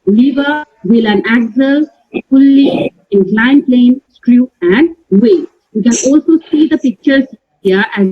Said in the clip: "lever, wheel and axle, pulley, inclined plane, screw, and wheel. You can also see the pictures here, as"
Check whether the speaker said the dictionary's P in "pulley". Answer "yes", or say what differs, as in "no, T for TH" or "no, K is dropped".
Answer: no, F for P